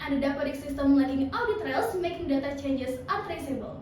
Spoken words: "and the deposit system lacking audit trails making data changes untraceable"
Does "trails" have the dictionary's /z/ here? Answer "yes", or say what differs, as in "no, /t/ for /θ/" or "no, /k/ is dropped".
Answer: no, /s/ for /z/